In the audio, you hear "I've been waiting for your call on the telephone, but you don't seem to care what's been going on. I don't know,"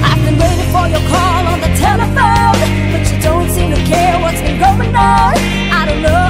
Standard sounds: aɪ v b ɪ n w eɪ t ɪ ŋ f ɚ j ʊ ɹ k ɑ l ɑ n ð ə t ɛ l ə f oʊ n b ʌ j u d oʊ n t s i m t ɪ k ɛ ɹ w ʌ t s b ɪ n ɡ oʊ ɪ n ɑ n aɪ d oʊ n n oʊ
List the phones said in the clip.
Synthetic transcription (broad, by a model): aɪ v b ɪ n w eɪ t ɪ ŋ f ɚ j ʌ ɹ k ɑ l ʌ n ð ə t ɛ l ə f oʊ l b ʌ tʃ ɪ d oʊ n t s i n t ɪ k ɛ ɹ w ʌ t s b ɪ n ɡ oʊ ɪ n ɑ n aɪ d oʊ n n oʊ